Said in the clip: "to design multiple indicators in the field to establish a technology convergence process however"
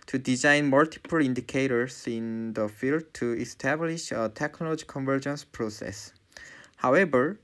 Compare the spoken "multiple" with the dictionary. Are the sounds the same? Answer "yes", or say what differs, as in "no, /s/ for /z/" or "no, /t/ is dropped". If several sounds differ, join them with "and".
yes